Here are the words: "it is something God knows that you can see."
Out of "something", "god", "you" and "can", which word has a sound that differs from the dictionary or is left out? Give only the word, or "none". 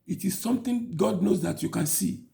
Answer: something